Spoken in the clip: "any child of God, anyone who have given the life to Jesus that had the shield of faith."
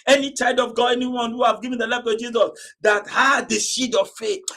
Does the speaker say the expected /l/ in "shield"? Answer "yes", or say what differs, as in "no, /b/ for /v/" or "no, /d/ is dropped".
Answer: no, /l/ is dropped